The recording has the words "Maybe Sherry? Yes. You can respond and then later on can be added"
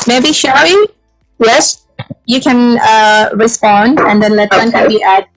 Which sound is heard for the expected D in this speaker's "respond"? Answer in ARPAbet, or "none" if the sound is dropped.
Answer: D